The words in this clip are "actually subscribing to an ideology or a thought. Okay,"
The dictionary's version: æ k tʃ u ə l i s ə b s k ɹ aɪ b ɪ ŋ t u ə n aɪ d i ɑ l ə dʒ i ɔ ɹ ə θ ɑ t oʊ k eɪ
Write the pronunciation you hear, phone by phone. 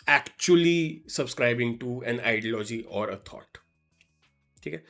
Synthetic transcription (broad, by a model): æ k tʃ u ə l i s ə b s k ɹ aɪ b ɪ ŋ t u ə n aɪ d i l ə dʒ i ɔ ɹ ə t ɑ t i k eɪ